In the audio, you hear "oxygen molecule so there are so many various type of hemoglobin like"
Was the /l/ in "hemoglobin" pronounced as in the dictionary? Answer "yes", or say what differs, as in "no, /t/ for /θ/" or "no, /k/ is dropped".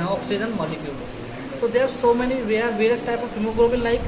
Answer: no, /l/ is dropped